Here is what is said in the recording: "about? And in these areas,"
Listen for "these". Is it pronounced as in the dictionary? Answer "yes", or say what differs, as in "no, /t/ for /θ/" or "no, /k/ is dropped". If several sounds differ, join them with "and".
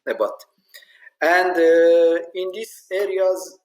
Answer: no, /s/ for /z/